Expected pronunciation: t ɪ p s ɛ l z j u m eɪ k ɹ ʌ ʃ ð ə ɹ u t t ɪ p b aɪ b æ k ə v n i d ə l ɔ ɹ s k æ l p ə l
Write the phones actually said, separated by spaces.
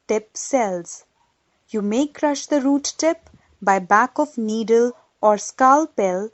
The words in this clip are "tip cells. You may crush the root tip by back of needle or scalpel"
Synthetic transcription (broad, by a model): t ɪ p s ɛ l z j u m eɪ k ɹ ʌ ʃ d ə ɹ u t t ɪ p b aɪ b æ k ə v n i d ə l ɔ ɹ s k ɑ l p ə l